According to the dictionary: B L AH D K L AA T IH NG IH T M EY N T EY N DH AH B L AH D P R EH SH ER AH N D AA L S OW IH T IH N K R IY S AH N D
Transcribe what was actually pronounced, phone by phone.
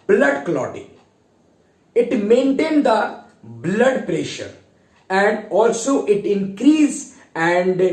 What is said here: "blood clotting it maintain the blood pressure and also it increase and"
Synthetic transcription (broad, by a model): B L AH D K L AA T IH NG IH T M EY N T EY N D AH B L AH D P R EH SH ER AH N D AA L S OW IH T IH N K R IY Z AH N D